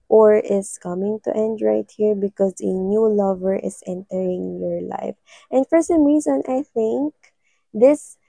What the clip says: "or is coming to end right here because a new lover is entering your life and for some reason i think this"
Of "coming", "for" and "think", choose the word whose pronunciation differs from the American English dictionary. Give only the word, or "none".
none